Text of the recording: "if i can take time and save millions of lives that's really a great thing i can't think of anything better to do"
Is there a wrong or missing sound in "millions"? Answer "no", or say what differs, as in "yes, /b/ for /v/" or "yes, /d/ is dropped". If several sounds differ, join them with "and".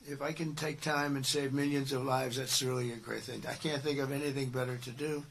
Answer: no